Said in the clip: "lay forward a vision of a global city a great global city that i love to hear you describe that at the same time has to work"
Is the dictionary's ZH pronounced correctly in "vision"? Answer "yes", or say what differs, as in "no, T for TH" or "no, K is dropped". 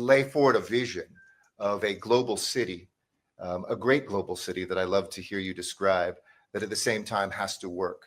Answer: yes